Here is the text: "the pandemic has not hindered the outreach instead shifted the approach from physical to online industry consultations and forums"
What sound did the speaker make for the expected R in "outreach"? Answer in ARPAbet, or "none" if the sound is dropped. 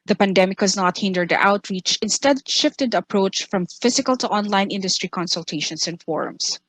R